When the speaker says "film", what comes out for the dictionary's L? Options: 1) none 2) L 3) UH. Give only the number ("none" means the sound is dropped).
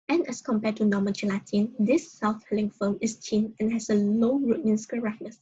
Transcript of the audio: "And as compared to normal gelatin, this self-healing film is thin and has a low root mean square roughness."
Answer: 1